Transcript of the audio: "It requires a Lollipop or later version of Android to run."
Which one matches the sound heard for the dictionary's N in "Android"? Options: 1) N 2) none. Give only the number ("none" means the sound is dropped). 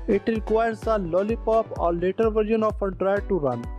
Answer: 2